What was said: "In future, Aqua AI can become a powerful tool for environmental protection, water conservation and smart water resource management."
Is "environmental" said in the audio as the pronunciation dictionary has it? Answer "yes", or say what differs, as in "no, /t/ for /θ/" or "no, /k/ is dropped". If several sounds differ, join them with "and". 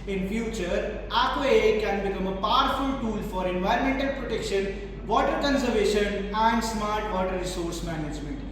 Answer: yes